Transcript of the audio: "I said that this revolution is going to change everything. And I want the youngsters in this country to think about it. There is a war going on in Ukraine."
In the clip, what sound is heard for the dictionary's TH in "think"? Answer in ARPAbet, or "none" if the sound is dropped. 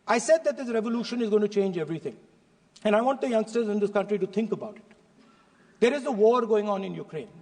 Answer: T